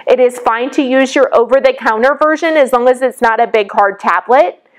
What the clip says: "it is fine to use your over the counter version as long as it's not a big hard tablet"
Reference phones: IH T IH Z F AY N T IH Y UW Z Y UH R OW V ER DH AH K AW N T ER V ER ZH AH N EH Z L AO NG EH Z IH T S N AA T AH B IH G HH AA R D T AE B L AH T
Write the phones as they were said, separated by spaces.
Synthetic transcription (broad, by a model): IH T IH Z F AY N T IH Y UW Z Y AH R OW V ER DH AH K AW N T ER V ER ZH AH N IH Z L AO NG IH Z IH T S N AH T AH B IH G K AA R D T AE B L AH T